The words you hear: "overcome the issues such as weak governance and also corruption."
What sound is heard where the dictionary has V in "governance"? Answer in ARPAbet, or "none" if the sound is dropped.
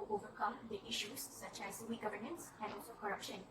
V